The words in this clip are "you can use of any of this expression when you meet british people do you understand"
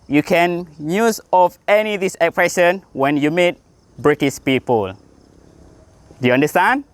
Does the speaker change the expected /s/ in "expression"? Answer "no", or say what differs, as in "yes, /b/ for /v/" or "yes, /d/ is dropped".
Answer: yes, /s/ is dropped